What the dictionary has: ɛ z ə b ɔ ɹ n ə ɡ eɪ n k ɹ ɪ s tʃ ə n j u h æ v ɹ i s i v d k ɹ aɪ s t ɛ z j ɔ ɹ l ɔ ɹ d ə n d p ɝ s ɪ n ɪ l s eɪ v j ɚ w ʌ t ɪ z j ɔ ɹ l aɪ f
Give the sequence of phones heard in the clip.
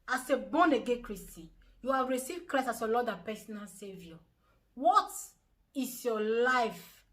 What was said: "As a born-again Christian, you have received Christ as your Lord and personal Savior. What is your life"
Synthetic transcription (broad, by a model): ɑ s ə b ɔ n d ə ɡ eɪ k ɹ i s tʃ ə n j u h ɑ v ɹ i s i v d k ɹ aɪ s ɑ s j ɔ l ɔ d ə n p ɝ s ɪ n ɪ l s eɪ v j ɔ w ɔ t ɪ s j ɔ l aɪ f